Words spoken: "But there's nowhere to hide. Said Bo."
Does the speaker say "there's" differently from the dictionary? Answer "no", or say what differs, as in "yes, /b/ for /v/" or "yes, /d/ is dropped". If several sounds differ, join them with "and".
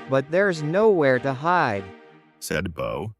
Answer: no